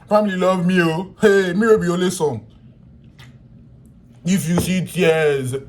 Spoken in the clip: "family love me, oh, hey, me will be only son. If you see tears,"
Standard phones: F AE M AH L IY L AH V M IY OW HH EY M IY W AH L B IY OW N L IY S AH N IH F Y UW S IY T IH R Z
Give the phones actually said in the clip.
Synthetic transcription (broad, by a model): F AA M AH L IY L AH V M IY OW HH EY M IY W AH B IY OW L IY S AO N IH F Y UW S IY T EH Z